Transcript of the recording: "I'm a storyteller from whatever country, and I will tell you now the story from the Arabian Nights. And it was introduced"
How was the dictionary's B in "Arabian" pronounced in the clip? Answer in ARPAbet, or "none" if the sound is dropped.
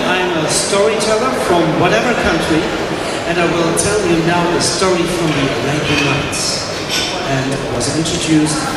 none